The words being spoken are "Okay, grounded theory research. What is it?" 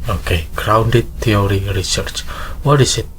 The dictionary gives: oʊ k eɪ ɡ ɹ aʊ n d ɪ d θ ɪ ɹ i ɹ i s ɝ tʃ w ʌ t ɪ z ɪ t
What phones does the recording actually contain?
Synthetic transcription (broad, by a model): oʊ k eɪ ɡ ɹ aʊ n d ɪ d t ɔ ɹ i ɹ i s ɝ tʃ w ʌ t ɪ s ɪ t